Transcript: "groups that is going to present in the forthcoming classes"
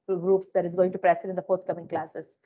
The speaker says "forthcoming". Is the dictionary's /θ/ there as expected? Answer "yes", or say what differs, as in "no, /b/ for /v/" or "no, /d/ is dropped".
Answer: no, /t/ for /θ/